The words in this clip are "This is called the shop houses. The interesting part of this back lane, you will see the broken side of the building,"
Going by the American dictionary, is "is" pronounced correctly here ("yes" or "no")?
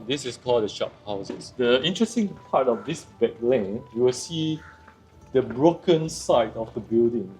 no